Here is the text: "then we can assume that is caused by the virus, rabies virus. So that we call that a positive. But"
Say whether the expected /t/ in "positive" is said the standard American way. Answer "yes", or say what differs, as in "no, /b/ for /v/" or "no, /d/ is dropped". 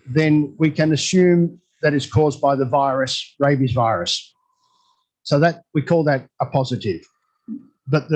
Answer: yes